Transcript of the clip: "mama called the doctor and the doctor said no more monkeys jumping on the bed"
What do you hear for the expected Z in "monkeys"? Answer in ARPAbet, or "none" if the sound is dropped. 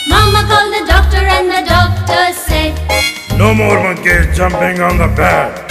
none